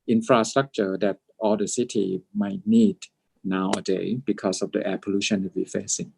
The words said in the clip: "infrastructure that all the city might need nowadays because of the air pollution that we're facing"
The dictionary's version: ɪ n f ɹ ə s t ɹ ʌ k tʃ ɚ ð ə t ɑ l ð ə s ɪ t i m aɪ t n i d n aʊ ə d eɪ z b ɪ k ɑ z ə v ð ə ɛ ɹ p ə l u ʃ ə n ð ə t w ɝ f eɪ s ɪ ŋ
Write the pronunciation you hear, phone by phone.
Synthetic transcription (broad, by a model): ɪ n f ɹ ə s t ɹ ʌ k tʃ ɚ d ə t ɑ l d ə s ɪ t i m aɪ t n i d n aʊ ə d eɪ b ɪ k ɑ s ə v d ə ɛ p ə l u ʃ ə n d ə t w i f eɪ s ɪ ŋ